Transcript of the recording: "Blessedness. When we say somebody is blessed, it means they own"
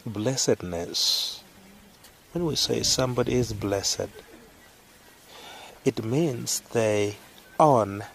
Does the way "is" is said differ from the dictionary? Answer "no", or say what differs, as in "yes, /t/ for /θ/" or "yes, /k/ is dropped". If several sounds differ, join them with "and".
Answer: no